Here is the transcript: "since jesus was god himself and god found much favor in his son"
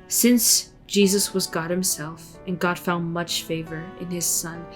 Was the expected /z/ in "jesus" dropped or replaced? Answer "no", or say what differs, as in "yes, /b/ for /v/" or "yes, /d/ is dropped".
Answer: no